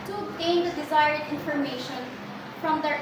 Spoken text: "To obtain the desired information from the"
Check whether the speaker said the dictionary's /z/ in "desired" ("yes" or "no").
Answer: yes